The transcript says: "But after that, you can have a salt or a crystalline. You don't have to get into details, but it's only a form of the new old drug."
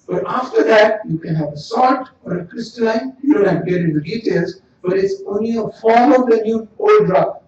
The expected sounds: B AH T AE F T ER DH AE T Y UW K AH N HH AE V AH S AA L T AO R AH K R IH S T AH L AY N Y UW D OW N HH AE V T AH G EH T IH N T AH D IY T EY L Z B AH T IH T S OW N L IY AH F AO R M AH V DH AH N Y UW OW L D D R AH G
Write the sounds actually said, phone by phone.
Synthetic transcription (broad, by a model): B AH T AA F T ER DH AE T Y UW K AH N HH AE V AH S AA T AO R AH K R IH S T AH L AY N Y UW D OW N HH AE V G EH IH T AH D IY T EY L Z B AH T IH T S OW N L IY AH F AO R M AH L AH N Y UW OW L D D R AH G